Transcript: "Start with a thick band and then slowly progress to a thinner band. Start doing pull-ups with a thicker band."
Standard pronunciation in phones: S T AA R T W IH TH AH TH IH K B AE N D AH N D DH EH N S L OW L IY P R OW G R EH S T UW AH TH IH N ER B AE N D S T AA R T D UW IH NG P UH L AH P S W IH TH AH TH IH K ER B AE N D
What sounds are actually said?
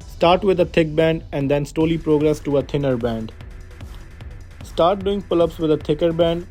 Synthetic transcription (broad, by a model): S T AA R T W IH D AH T IH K B AE N D AH N D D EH N S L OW L IY P R OW G R EH S T UW AH T IH N ER B AE N D S T AA R T D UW IH NG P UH L AH P S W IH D AH T IH K ER B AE N D